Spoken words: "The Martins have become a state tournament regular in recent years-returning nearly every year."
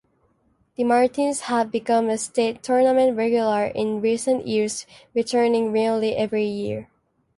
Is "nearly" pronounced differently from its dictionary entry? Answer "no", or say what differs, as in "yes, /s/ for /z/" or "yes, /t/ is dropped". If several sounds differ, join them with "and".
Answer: yes, /l/ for /ɹ/